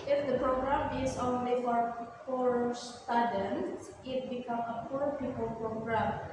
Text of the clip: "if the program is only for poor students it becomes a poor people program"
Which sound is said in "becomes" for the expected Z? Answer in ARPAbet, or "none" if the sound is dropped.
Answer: none